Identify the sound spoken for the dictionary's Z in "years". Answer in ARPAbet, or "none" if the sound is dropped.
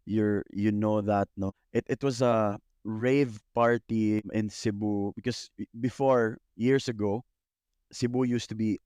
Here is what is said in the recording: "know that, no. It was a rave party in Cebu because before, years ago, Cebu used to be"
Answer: S